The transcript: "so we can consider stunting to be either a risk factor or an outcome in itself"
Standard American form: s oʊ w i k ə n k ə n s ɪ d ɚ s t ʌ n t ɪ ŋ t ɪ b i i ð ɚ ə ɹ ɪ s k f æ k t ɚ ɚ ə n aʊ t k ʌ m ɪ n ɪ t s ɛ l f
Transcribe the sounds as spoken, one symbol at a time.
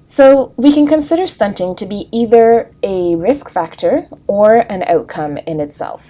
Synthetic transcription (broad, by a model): s oʊ w i k ə n k ə n s ɪ d ɚ s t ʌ n t ɪ ŋ t ɪ b i i ð ɚ ə ɹ ɪ s k f æ k t ɚ ɚ ə n aʊ t k ʌ m ɪ n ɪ t s ɛ l f